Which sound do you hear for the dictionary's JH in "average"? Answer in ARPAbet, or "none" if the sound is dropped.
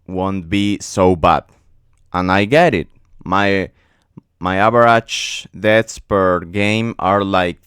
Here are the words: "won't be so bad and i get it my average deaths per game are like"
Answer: CH